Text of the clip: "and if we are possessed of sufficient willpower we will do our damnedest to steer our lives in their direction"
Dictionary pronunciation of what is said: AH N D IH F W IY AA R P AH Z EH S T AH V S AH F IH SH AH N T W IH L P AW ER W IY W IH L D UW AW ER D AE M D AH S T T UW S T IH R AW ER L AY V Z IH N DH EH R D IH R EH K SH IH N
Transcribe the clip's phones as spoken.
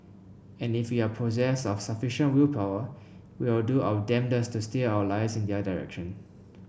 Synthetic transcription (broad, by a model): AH N IH F W IY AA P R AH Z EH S AH F S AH F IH SH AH N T W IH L P AW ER W IY W IH L D UW AW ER D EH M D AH S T T UW S T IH AW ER L AY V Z IH N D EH D IH R EH K SH IH N